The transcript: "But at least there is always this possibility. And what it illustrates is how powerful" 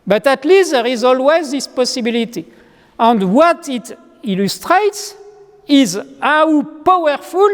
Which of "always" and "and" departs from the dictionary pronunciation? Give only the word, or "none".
none